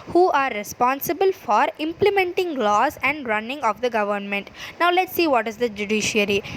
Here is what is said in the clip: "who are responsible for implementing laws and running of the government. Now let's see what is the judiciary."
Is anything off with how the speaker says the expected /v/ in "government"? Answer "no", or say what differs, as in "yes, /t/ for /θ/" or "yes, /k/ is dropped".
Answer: no